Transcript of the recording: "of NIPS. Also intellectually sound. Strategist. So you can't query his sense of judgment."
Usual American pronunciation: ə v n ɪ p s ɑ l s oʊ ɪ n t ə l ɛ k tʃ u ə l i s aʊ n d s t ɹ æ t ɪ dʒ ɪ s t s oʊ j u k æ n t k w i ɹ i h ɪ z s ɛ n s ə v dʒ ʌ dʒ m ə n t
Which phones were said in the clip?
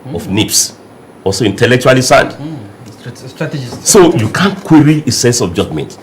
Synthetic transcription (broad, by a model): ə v n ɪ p s ɑ l s oʊ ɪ n t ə l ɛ k tʃ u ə l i s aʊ n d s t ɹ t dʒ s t s oʊ j u k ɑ n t k w i ɹ i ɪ s ɛ n s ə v dʒ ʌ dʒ m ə n t